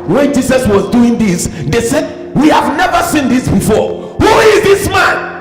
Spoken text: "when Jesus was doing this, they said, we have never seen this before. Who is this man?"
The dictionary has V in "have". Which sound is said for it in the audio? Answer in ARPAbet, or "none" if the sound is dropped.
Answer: V